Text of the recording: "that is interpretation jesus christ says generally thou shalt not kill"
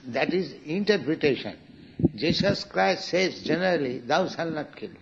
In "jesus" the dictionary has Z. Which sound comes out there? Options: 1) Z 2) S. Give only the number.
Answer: 2